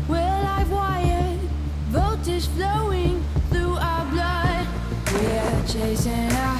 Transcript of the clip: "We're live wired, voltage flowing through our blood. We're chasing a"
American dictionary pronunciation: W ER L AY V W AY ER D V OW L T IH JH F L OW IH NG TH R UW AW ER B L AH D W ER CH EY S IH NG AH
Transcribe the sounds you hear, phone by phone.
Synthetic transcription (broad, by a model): W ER L AY V W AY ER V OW T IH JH F L OW IH NG TH R UW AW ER B L AH D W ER CH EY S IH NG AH